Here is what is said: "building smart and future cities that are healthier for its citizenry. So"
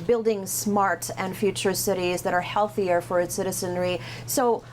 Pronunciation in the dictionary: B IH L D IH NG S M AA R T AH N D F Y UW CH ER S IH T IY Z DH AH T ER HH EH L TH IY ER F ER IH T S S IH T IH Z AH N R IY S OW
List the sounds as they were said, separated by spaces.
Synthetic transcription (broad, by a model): B IH L D IH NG S M AA R T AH N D F Y UW CH ER S IH T IY Z DH AH T ER HH EH L TH IY ER F ER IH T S S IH T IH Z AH N R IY S OW